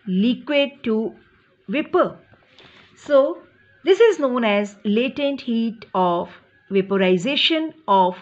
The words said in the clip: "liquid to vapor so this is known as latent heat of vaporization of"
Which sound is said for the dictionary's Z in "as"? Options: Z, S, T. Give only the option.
Z